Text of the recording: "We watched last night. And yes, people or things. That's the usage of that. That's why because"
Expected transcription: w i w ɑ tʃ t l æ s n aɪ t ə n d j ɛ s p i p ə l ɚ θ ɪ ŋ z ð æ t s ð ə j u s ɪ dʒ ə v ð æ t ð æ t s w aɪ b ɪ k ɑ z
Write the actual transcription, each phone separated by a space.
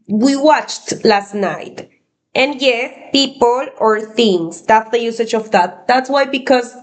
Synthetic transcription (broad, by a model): w i w ɑ tʃ t l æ s n aɪ t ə n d j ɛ p i p ə l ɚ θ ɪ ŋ s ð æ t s ð ə j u s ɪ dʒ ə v ð æ t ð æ t s w aɪ b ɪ k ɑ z